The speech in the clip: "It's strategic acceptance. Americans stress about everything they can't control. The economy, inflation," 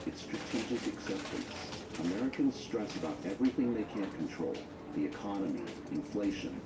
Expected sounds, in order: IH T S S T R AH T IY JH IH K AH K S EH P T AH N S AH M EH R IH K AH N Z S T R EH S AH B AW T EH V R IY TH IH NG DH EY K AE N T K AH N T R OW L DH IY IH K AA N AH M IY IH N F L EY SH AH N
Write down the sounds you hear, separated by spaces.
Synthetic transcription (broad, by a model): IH T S S T R AH T IY JH IH K AH K S EH P T AH N S AH M EH R IH K AH N Z S T R EH S AH B AW T EH V R IY TH IH NG DH EY K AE N K N T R OW L DH IY IH K AA N AH M IY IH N F L EY SH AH N